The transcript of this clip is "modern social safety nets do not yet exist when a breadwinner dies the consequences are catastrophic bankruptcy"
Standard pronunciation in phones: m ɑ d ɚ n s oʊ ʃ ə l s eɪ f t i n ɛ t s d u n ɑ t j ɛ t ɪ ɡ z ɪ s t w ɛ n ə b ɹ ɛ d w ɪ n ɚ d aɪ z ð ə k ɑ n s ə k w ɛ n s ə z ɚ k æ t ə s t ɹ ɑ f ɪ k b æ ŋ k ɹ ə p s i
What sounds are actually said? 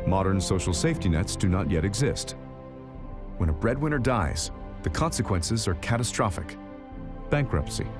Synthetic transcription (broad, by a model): m ɑ d ɚ n s oʊ ʃ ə l s eɪ f t i n ɛ t s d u n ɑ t j ɛ t ɪ ɡ z ɪ s t w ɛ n ə b ɹ ɛ d w ɪ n ɚ d aɪ z ð ə k ɑ n s ə k w ɛ n s ə z ɚ k æ t ə s t ɹ ɑ f ɪ k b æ ŋ k ɹ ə p s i